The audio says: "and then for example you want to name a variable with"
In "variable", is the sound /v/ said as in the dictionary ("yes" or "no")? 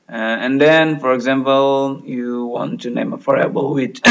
no